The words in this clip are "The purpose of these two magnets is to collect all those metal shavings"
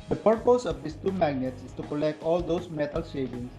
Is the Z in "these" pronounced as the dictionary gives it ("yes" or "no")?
no